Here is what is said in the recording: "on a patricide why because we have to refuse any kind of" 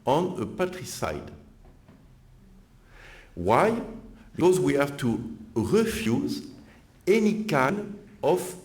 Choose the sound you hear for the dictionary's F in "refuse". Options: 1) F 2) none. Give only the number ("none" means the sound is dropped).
1